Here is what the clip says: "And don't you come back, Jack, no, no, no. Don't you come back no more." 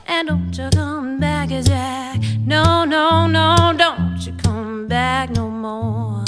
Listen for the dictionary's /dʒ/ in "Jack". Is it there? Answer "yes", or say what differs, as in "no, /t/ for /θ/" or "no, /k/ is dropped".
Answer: no, /z/ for /dʒ/